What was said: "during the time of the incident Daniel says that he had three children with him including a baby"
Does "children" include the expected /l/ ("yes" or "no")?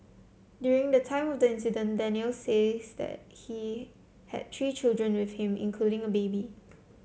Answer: yes